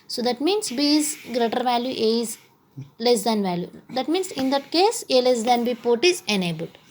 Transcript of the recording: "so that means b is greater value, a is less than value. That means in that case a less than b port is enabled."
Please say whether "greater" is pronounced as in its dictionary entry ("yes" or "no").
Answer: yes